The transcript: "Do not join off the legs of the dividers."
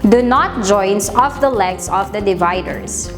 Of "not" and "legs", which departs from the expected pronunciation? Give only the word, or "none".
legs